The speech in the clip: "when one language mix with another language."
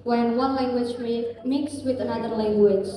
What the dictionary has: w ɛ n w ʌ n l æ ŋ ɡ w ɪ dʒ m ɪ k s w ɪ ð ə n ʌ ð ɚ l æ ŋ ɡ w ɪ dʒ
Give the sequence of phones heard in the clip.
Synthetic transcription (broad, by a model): w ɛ n w ʌ n l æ ŋ ɡ w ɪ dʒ m ɪ k s w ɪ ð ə n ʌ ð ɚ l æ ŋ ɡ w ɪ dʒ